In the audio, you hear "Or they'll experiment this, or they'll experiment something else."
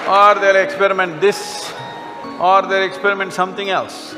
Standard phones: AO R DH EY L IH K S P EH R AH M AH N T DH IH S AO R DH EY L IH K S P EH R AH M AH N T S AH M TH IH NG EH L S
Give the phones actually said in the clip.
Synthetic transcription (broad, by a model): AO R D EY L IH K S P EH R AH M AH N T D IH S AO R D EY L IH K S P EH R AH M AH N T S AH M T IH NG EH L S